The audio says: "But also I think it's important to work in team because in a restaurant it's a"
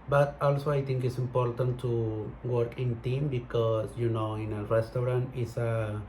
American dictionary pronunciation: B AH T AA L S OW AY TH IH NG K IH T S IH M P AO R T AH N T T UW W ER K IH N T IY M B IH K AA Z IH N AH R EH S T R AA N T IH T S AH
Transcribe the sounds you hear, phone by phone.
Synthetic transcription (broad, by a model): B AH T AA L S OW AY T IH NG K IH T S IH M P AO R T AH N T T UW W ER K IH N T IY M B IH K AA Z IH N AH R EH S T R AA N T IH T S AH